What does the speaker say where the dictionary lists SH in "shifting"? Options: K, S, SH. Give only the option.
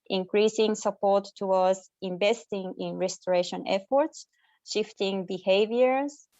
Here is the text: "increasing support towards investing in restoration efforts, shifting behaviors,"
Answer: SH